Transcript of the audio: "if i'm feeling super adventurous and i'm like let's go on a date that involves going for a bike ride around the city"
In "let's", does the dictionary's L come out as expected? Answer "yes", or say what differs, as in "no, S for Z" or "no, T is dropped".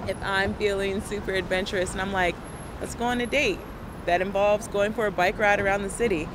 no, W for L